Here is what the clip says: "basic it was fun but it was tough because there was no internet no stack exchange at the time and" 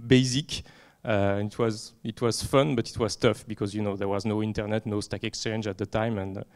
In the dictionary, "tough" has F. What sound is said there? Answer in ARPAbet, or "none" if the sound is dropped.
F